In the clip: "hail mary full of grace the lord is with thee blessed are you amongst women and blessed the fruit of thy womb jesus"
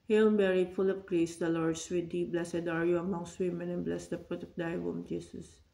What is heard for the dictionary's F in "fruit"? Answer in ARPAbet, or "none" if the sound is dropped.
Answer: P